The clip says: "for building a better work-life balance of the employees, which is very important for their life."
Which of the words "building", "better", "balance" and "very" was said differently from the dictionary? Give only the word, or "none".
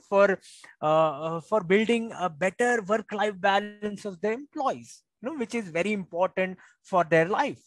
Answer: none